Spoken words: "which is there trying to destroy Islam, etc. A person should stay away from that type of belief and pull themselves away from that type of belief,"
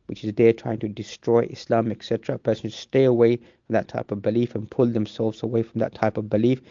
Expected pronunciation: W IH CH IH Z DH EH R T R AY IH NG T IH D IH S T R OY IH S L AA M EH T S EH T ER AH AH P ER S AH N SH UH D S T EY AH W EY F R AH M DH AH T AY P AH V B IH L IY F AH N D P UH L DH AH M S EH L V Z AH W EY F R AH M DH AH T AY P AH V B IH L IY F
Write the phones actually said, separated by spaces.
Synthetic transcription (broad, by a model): W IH CH IH Z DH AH R T R AY IH NG T IH D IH S T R OY IH S L AA M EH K S EH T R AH AH P ER S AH N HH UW S T EY AH W EY F R AH M DH AH T AY P AH V B IH L IY F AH N P UH L DH AH M S EH L V Z AH W EY F R AH M DH AH T AY P AH V B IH L IY F